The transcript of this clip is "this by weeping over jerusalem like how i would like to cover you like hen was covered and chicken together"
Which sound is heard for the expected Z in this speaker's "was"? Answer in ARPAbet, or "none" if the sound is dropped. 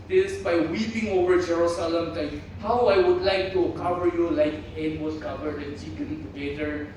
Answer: S